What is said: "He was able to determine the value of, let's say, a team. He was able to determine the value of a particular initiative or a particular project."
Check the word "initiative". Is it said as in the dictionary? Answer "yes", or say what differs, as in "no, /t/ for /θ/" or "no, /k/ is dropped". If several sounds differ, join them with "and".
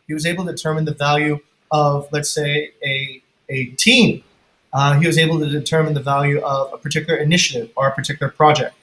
yes